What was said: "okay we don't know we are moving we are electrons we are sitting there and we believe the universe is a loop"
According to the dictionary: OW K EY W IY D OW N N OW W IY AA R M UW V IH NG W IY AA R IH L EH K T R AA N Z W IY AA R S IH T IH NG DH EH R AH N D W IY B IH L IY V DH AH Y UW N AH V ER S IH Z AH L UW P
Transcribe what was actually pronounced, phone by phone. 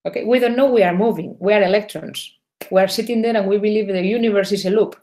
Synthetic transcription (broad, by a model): OW K EY W IY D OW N N OW W IY AA R M UW V IH NG W IY AA R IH L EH K T R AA N S W IY AA R S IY T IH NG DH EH R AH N W IY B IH L IY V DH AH Y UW N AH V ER S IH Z AH L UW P